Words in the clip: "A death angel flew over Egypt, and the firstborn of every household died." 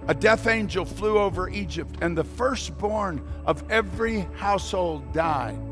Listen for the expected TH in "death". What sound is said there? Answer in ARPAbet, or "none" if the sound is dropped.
TH